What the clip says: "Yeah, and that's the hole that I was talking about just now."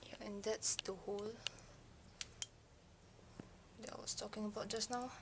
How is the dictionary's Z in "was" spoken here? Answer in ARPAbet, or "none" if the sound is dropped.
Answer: S